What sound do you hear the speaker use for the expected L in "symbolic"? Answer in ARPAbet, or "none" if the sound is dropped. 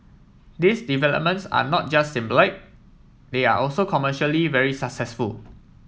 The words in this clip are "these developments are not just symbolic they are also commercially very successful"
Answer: none